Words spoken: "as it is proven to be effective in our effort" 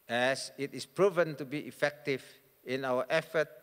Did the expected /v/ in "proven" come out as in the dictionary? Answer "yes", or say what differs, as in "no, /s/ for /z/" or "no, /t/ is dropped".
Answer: yes